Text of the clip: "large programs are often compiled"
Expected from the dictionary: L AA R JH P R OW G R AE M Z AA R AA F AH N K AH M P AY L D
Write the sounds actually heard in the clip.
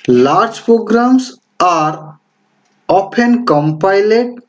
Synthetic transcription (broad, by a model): L AA R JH P R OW G R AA M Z AA R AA P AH N K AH M P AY L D